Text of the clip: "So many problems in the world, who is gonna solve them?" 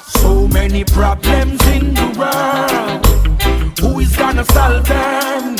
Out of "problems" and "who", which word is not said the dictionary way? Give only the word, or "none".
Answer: none